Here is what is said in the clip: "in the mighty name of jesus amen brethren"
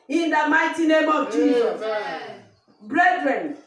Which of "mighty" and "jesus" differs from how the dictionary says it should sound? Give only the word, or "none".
jesus